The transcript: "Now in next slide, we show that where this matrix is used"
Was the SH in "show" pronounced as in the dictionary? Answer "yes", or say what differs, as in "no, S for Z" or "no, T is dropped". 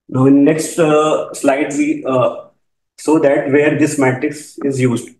no, S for SH